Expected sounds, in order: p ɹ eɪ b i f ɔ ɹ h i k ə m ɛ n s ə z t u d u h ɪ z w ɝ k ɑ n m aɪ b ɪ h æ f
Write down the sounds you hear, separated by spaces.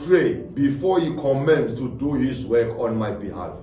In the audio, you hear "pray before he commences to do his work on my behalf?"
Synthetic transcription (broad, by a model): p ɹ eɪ b i f ɔ h i k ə m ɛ n s t u d u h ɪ s w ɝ k ɑ n m aɪ b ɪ h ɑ f